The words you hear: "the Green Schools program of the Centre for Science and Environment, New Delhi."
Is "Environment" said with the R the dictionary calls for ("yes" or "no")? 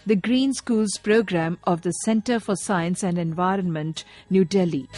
yes